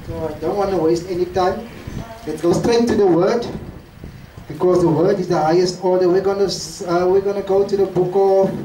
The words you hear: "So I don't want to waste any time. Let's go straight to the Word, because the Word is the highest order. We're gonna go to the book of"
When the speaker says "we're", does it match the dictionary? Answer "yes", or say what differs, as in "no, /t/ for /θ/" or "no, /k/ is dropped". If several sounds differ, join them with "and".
no, /w/ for /ɹ/